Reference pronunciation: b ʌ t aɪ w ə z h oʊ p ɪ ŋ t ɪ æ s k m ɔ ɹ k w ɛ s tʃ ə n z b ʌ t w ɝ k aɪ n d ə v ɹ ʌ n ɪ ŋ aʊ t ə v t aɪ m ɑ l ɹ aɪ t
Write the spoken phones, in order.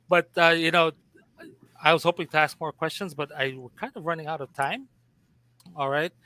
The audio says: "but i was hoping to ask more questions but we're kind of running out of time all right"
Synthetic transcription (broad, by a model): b ʌ t aɪ w ə z h oʊ p ɪ ŋ t ɪ æ s k m ɔ ɹ k w ɛ s tʃ ə n z b ʌ t w ɝ k aɪ n d ə v ɹ ʌ n ɪ ŋ aʊ t ə v t aɪ m ɑ l ɹ aɪ t